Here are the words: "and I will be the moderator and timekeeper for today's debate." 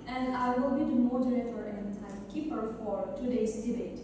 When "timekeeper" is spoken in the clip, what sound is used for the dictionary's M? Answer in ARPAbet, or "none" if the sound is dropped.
none